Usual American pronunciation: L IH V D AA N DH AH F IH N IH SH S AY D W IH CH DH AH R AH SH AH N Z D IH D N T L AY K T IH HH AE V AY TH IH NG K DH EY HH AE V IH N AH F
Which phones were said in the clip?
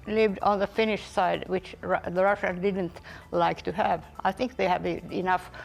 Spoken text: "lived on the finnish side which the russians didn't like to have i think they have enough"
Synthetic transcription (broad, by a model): L IH V D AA N DH AH F IH N IH SH S AY D W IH CH DH AH R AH SH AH N D IH D N T L AY K T IH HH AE V AY TH IH NG K DH EY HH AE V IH N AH F